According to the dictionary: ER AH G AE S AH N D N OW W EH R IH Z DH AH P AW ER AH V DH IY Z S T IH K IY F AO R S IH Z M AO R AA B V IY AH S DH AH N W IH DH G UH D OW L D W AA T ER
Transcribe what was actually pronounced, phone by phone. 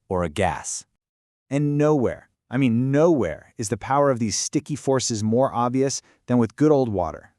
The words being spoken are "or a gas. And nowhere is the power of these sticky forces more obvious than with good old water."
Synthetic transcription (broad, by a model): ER AH G AE S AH N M N OW W EH R IH Z DH AH P AW ER AH V DH IY Z S T IH K IY F AO R S IH Z M AO R AA B V IY AH S DH AH N W IH DH G UH D OW L D W AA T ER